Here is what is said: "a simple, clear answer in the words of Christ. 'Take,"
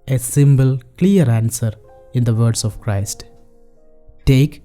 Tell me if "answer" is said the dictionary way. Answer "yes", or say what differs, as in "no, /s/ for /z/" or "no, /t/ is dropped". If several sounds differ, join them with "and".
yes